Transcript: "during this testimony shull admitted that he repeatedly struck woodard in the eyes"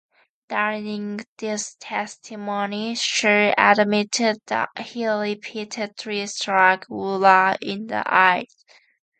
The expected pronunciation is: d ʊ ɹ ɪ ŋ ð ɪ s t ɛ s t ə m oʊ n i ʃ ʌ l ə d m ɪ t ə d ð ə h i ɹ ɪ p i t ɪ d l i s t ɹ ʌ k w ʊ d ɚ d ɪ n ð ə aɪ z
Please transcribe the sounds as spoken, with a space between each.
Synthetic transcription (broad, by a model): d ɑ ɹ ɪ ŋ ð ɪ s t ɛ s t ə m oʊ n i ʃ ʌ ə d m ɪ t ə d ð ə h i l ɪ p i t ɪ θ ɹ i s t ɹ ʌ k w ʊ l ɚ ɪ n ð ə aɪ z